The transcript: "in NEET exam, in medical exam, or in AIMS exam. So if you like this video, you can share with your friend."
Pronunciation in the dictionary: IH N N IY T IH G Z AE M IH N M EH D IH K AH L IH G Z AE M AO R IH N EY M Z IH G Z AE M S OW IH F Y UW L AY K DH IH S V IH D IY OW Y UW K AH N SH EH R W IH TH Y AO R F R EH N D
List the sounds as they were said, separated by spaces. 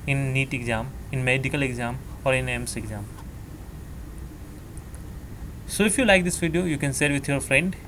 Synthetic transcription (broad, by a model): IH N N IY T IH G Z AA M IH N M EH D IH K AH L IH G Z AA M AO R IH N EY M S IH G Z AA M S OW IH F Y UW L AY K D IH S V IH D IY OW Y UW K AH N S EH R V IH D Y AO R F R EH N D